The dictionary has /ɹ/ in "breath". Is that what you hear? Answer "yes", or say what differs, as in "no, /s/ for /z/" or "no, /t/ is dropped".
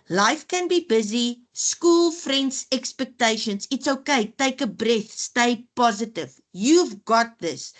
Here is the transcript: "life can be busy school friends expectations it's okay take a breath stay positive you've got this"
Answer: yes